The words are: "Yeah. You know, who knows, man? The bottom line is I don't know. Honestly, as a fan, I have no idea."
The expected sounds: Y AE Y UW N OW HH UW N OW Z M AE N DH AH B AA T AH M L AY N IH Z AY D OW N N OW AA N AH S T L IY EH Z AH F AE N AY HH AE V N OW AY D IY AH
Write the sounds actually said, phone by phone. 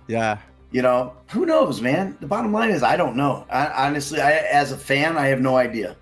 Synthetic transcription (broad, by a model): Y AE Y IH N OW HH UW N OW Z M AE N DH AH B AA T AH M L AY N IH Z AY D OW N N OW AA N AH S T L IY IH Z AH F AE N AY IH V N OW AY D IY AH